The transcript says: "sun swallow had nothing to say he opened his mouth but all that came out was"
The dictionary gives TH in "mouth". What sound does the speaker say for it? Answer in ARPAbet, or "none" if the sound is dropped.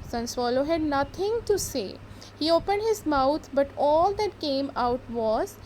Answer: T